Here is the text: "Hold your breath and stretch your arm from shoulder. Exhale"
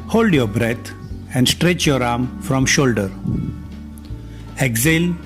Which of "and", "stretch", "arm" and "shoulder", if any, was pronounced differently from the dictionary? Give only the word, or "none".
none